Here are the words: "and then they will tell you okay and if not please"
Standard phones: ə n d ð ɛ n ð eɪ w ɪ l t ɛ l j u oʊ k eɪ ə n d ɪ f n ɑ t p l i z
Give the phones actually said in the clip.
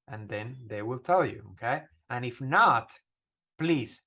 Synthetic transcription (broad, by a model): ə n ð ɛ n ð eɪ w ɪ l t ɛ l j u oʊ k eɪ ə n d ɪ f n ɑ t p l i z